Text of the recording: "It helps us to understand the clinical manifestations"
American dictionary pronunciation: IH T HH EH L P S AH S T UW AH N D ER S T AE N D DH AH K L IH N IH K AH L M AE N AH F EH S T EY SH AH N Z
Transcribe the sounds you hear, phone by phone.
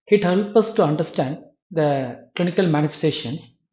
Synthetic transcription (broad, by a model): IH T HH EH L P AH S T UW AH N D ER S T AE N D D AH K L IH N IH K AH L M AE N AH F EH S T EY SH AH N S